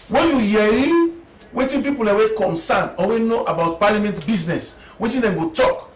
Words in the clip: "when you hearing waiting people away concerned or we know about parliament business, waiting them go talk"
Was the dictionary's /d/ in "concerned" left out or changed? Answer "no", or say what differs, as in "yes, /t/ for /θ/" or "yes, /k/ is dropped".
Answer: yes, /d/ is dropped